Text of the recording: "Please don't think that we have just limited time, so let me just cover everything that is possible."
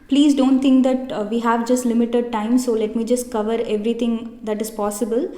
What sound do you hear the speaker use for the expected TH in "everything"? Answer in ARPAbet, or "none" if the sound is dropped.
T